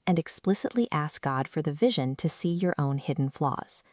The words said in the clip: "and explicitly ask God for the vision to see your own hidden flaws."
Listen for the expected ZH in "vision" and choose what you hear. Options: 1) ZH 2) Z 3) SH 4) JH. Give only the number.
1